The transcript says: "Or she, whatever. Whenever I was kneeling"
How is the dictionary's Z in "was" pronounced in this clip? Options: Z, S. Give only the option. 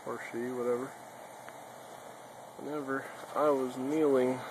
Z